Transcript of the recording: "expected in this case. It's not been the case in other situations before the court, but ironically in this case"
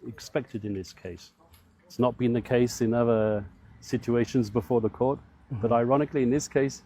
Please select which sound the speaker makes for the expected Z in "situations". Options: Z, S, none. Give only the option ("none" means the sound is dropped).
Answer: Z